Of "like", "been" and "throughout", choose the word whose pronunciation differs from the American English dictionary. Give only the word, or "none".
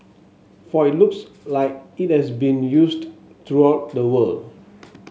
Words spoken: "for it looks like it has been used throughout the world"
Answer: throughout